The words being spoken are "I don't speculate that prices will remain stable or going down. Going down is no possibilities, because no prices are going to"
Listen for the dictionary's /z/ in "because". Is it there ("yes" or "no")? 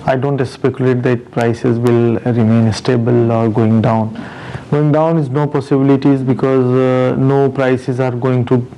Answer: yes